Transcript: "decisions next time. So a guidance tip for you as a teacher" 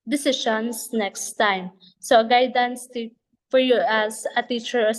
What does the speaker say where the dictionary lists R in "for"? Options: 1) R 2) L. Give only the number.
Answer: 1